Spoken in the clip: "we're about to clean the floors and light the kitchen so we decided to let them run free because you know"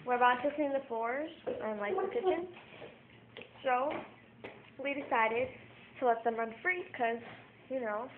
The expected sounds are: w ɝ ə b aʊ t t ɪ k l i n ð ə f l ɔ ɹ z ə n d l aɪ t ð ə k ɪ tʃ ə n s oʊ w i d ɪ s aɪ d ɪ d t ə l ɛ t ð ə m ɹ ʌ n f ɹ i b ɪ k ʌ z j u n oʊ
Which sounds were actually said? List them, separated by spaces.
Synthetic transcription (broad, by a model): w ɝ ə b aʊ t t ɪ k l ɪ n ð ə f ɔ ɹ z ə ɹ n l aɪ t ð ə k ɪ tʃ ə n s oʊ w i d ɪ s aɪ d ɪ d t ə l ɛ t ð ə m ɹ ʌ n f ɹ i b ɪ k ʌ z j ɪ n oʊ